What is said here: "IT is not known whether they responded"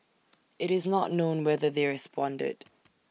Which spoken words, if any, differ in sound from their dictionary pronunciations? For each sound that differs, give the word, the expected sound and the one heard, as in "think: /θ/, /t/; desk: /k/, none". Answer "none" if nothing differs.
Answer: none